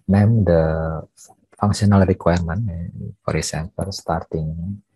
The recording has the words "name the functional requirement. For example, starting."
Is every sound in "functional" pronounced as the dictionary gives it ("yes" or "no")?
no